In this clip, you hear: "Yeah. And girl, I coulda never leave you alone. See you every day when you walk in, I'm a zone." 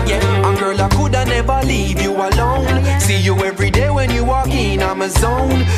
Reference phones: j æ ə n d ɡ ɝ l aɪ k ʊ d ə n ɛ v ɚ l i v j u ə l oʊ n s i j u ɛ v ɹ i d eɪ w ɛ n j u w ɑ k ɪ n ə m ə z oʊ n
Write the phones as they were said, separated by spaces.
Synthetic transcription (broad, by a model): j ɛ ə ɡ ɝ l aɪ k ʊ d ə n ɛ v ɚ l i v j u ə l oʊ n s i j u ɛ v ɹ i d eɪ w ɛ n j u w ɑ k ɪ n ə m ə z oʊ n